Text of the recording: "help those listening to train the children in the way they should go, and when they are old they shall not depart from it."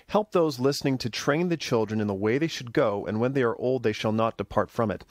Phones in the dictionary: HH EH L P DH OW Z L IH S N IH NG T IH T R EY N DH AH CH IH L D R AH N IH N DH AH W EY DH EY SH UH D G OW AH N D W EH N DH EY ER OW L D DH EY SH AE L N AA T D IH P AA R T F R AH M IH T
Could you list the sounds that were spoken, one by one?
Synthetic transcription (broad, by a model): HH EH L P DH OW Z L IH S N IH NG T IH T R EY N DH AH CH IH L D R AH N IH N DH AH W EY DH EY SH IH D G OW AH N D W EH N DH EY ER OW L D DH EY SH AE L N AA T D IH P AA R T F R AH M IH T